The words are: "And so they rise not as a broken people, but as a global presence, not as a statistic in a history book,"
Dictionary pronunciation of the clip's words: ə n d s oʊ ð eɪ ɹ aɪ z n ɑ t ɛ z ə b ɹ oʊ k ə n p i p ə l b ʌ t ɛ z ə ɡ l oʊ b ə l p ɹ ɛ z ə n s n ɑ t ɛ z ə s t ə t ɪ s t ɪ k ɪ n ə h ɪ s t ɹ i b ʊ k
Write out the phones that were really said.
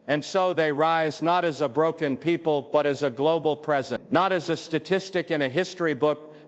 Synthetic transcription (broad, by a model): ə n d s oʊ ð eɪ ɹ aɪ z n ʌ t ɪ z ə b ɹ oʊ k ə n p i p ə l b ʌ t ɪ z ə ɡ l oʊ b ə l p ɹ ɛ z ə n n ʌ t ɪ z ə s t ə t ɪ s t ɪ k ɪ n ə h ɪ s t ɹ i b ʊ k